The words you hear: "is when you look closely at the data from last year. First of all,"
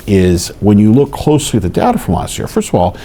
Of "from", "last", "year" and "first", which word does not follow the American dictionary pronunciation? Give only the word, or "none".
none